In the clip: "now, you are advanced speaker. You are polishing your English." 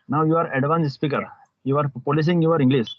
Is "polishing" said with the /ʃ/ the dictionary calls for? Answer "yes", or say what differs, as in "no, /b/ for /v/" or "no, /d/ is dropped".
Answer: no, /s/ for /ʃ/